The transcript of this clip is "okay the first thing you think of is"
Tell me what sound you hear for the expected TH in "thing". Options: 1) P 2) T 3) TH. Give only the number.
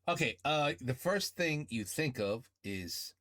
3